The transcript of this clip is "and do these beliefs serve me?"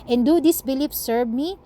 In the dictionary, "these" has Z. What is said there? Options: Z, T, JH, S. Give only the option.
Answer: S